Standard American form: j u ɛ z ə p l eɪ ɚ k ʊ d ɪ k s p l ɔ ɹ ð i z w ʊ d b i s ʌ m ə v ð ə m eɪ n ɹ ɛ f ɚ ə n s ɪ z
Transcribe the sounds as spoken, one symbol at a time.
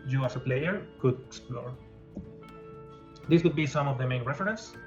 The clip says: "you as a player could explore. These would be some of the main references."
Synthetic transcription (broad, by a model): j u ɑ s ə p l eɪ ɚ k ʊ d ɪ k s p l ɔ ɹ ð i s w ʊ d b i s ʌ m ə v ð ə m eɪ n ɹ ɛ f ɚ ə n s